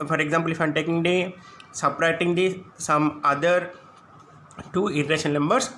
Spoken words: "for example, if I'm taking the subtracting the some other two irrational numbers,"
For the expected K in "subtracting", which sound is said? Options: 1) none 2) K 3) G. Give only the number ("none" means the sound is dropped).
1